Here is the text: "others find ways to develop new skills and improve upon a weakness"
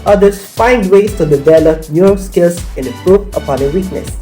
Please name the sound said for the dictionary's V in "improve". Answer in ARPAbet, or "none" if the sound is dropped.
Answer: P